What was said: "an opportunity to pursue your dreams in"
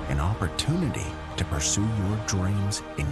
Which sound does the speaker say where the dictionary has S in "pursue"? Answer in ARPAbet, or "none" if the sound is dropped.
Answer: S